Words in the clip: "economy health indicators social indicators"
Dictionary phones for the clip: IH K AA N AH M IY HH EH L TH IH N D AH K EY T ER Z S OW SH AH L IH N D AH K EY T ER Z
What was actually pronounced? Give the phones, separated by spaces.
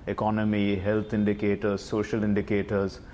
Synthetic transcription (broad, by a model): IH K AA N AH M IY HH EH L T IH N D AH K EY T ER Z S OW SH AH L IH N D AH K EY T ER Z